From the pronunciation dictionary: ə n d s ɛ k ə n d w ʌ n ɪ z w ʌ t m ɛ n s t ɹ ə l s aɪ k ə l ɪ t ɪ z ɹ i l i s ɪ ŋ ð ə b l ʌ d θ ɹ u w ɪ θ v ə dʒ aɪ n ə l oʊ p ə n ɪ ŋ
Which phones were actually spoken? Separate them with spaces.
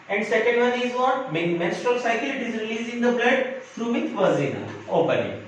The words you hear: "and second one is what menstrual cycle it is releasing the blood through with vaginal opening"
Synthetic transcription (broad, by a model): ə n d s ɛ k ə n d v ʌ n ɪ z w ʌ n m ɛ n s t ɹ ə l s aɪ k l ɪ t ɪ z ɹ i l i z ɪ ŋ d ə b l ʌ d f ɹ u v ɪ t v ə z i n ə oʊ p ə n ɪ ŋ